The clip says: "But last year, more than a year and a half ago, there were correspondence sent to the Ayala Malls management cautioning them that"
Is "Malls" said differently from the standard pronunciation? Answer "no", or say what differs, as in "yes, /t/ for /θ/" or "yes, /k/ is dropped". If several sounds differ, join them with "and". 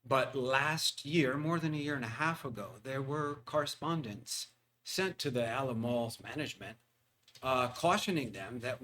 no